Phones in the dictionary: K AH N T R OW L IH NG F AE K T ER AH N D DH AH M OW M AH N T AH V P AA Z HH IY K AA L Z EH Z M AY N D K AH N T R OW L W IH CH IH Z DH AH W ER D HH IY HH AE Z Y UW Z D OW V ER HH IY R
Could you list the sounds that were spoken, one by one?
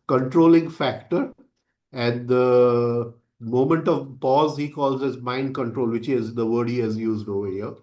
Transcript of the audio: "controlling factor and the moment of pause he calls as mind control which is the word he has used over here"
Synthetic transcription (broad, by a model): K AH N T R OW L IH NG F AE K T ER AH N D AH M OW M AH N T AH V P AA Z HH IY K AA L Z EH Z M AY N D K AH N T R OW L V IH CH IH Z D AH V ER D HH IY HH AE Z Y UW Z D OW V ER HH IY R